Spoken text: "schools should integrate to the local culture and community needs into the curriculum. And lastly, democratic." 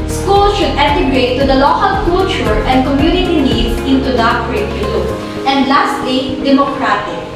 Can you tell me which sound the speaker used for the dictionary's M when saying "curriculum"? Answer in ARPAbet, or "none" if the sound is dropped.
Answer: none